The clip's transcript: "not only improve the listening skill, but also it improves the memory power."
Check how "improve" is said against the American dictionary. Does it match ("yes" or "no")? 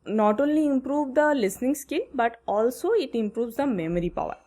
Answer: yes